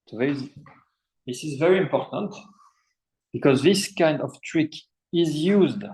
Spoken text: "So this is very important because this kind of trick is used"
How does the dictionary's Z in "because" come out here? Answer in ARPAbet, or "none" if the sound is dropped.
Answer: Z